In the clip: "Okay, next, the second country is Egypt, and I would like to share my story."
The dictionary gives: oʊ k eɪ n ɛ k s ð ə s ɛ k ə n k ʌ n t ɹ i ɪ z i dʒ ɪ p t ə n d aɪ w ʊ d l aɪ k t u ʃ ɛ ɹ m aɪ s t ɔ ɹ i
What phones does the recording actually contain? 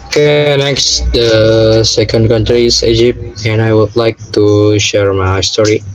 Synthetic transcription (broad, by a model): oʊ k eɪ n ɛ k s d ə s ɛ k ə n k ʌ n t ɹ i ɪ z i dʒ ɪ p t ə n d aɪ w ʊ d l aɪ k t u ʃ ɛ ɹ m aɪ s t ɔ ɹ i